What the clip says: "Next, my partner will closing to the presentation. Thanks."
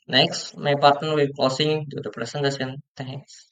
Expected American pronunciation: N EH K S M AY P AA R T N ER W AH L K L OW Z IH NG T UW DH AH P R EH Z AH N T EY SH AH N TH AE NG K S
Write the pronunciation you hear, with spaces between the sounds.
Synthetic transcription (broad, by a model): N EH K S M AY P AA R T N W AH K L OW S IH NG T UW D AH P R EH S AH N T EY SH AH N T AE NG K S